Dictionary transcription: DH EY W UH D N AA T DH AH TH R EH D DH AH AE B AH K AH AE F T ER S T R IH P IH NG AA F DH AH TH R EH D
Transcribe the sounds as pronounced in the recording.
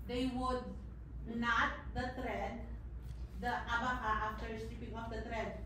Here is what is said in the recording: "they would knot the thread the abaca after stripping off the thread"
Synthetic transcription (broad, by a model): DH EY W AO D N AA T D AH T R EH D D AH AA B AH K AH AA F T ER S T IH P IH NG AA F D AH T R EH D